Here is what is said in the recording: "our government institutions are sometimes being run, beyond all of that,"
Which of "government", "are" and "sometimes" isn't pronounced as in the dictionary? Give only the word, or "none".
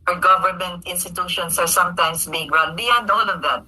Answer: sometimes